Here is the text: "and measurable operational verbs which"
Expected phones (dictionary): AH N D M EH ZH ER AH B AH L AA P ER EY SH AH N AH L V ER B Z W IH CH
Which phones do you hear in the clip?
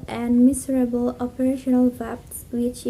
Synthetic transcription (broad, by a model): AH N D M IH Z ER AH B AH L AA P ER EY SH AH N AH L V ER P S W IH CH